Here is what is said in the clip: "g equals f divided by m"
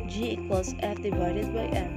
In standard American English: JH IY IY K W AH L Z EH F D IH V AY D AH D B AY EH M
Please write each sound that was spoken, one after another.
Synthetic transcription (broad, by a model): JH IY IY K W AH Z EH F D IH V AY D AH D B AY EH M